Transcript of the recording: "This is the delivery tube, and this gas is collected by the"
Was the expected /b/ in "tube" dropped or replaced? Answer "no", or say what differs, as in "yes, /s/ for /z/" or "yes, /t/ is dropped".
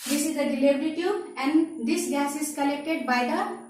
yes, /b/ is dropped